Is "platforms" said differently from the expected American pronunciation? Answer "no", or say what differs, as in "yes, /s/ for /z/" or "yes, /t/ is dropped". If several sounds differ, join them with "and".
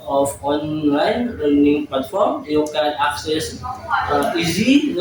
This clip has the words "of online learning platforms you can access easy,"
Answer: yes, /z/ is dropped